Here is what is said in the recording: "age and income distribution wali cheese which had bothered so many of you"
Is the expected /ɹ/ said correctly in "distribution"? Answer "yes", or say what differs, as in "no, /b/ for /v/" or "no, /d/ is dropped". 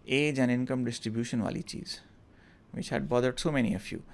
yes